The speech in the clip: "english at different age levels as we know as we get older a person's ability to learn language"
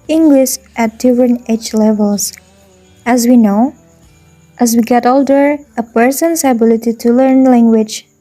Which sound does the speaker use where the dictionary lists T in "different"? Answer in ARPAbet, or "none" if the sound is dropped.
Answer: none